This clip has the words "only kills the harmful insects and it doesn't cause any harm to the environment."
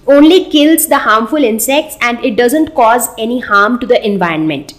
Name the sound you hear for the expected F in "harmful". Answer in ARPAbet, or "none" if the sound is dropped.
F